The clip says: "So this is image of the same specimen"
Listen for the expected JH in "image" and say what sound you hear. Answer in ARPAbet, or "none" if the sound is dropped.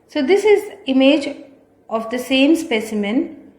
JH